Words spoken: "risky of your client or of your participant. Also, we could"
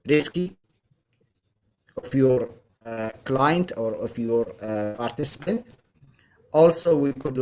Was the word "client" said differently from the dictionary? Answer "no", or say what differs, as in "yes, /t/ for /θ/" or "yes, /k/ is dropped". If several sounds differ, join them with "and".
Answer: no